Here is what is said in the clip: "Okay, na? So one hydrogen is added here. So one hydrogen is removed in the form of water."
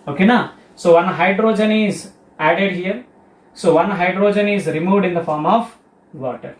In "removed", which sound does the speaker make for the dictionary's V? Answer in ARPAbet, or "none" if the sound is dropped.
V